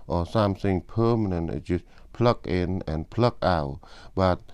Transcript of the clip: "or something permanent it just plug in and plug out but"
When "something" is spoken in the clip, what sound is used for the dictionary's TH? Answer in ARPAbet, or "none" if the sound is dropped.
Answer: S